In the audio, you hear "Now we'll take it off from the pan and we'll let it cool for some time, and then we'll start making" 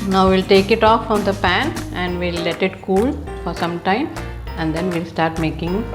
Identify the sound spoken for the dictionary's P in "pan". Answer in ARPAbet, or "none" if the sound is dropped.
P